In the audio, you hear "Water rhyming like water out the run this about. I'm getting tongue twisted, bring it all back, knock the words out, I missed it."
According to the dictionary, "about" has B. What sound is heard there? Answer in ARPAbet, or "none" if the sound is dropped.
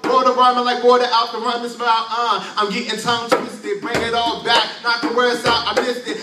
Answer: none